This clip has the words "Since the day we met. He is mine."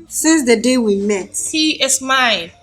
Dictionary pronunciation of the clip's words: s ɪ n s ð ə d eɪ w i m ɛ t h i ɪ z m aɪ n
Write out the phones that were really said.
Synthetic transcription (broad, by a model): s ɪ n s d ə d eɪ w i m ɛ t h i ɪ s m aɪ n